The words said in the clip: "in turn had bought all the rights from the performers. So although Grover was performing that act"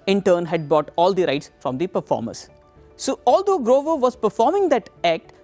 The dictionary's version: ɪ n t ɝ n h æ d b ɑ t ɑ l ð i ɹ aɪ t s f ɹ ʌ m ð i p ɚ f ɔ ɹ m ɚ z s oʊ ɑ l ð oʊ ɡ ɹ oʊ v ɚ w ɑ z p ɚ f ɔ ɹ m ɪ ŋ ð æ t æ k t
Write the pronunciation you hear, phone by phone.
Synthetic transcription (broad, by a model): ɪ n t ɝ n h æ d b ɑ t ɑ l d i ɹ aɪ t s f ɹ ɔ m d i p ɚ f ɔ ɹ m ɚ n s oʊ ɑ l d oʊ ɡ ɹ oʊ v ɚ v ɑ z p ɚ f ɔ ɹ m ɪ ŋ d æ t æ k t